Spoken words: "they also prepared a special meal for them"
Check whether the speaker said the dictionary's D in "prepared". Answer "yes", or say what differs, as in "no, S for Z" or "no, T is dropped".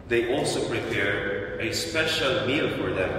no, D is dropped